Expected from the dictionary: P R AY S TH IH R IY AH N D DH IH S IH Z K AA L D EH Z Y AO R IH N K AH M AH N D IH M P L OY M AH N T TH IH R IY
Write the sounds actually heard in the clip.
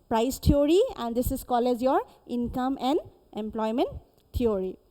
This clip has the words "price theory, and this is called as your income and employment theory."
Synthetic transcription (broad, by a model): P R AY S T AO R IY AH N D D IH S IH Z K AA L EH Z Y AO R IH N K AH M AH N D IH M P L OY M AH N T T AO R IY